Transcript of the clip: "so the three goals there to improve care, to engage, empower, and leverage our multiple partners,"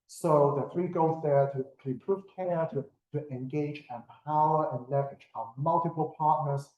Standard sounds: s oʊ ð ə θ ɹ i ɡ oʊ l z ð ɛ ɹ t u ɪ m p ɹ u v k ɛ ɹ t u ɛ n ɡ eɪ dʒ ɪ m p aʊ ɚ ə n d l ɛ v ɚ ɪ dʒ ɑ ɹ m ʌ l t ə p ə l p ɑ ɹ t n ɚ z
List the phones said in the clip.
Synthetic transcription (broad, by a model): s oʊ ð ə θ ɹ i ɡ oʊ z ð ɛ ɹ t u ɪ p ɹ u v k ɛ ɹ t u ɛ n ɡ eɪ dʒ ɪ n p aʊ ɚ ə n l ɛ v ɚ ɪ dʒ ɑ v m ʌ l t ə p ə l p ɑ ɹ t n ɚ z